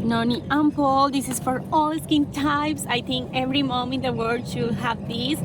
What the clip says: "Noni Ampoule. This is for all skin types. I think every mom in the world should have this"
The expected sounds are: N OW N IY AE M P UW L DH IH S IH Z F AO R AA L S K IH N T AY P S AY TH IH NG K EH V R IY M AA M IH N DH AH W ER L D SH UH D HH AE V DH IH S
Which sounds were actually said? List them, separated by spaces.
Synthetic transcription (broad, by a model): N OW N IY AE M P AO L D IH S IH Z F AO R AA L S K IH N T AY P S AY T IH NG K EH V R IY M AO M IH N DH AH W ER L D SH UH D HH AE V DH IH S